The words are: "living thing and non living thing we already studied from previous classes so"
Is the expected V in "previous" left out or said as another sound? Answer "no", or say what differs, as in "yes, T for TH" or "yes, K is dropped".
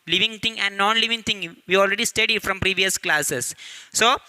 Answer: no